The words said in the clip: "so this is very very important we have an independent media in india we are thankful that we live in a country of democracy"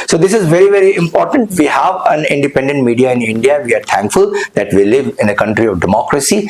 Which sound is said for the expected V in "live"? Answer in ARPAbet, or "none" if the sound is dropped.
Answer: V